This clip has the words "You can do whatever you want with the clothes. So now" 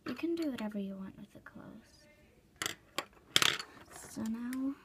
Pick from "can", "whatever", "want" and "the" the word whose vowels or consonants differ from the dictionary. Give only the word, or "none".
none